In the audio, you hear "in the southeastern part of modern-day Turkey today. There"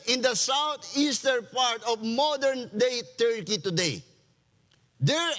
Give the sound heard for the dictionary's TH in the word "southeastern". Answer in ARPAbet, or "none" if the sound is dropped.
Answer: T